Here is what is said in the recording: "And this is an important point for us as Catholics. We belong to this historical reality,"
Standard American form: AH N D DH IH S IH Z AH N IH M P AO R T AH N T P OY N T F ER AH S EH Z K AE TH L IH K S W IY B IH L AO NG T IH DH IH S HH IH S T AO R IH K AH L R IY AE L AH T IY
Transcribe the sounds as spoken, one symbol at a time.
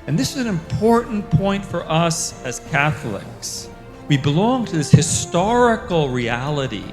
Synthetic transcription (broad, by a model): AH N DH IH S IH Z N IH M P AO R T N P OY N T F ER AH S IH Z K AE TH L IH K S W IY B IH L AO NG T IH DH IH S HH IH S T AO R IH K L R IY AE L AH T IY